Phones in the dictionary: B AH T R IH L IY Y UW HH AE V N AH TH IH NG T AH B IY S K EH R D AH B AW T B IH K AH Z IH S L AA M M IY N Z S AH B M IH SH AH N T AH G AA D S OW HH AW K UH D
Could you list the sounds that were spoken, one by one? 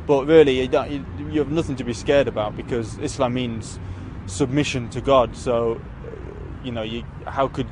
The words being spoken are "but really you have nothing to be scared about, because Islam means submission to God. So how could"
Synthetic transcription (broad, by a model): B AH T R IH L IY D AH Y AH V N AH TH IH NG T AH B IY S K EH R D AH B AW T B IH K AH Z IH S L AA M M IY N Z S AH B M IH SH AH N T AH G AA D S OW HH AW K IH D